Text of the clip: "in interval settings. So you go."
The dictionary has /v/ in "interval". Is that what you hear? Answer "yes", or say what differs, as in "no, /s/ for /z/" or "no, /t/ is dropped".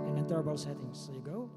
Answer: no, /b/ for /v/